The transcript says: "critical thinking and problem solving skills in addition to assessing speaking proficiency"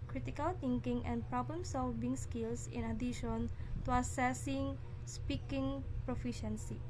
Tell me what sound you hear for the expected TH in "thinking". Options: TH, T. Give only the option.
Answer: T